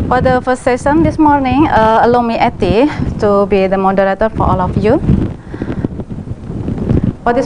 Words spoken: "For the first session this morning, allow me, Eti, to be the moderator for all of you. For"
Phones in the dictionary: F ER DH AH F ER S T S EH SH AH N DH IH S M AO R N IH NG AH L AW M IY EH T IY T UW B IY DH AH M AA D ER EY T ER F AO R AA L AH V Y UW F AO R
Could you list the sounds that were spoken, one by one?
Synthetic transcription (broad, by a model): F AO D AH F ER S S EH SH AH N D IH S M AO R N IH NG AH L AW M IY EH T IY T UW B IY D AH M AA D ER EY T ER F AO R AA L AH F Y UW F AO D